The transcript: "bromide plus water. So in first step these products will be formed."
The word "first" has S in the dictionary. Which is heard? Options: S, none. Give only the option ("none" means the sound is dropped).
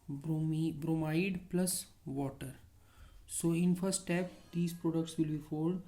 none